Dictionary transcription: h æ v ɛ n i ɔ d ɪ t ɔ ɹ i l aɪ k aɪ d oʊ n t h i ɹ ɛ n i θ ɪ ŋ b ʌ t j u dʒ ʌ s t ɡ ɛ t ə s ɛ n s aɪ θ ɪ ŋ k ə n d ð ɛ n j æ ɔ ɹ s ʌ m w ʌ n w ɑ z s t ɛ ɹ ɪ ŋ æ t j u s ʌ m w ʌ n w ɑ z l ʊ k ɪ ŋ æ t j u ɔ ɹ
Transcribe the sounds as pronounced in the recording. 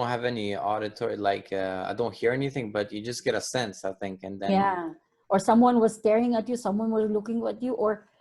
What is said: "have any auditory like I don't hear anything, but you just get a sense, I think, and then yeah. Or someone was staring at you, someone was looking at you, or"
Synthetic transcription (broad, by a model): h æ v ɛ n i ɔ d ɪ t ɔ ɹ i l aɪ k aɪ d oʊ n t h i ɹ ɛ n i θ ɪ ŋ b ʌ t j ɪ dʒ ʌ s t ɡ ɛ t ə s ɛ n s aɪ θ ɪ ŋ k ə n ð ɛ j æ ɔ ɹ s ʌ m w ʌ n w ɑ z s t ɛ ɹ ɪ ŋ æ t j u s ʌ m w ʌ n w ɑ z l ʊ k ɪ ŋ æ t j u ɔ ɹ